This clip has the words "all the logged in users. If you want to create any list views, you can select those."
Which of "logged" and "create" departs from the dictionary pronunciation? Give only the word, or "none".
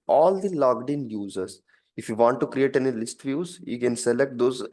none